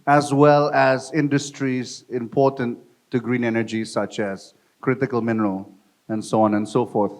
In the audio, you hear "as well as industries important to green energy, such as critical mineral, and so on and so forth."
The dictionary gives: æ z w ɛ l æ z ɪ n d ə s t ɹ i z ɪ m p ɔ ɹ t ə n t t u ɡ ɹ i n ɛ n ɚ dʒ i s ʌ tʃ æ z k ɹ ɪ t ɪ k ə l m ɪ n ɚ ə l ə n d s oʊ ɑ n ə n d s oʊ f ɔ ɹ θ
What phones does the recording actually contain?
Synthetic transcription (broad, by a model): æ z w ɛ l æ z ɪ n d ə s t ɹ i z ɪ m p ɔ ɹ t ə n t t u ɡ ɹ i n ɛ n ɚ dʒ i s ʌ tʃ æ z k ɹ ɪ t ɪ k ə l m ɪ n ɚ ə l ə n d s oʊ ɑ n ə n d s oʊ f ɔ ɹ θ